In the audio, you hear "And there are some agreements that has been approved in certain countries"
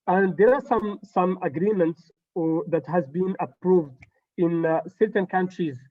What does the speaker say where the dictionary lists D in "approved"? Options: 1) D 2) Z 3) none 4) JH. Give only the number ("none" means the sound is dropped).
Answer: 1